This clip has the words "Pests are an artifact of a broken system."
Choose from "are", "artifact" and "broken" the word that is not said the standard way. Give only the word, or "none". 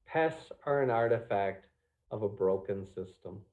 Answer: none